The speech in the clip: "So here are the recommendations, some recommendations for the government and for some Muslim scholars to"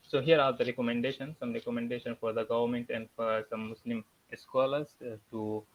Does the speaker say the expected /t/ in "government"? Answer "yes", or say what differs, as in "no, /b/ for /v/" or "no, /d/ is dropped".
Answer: yes